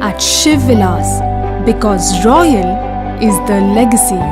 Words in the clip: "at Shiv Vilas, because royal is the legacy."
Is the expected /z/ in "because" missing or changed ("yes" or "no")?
no